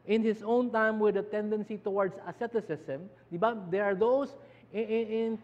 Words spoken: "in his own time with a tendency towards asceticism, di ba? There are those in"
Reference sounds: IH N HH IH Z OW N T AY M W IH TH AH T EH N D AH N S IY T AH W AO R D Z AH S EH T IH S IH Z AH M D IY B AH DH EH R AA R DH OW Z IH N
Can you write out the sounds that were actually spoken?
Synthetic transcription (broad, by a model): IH N HH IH S OW N T AY M W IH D AH T EH N D AH N S IY T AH W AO R D S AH S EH T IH S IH S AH M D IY B AH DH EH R AA R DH OW S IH N